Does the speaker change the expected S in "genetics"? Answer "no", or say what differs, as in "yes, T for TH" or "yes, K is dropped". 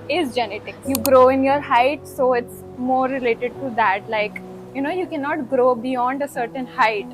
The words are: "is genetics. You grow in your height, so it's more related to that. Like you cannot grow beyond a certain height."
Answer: yes, S is dropped